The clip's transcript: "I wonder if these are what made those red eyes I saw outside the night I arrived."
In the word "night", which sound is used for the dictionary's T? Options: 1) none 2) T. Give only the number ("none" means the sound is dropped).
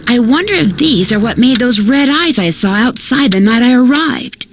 2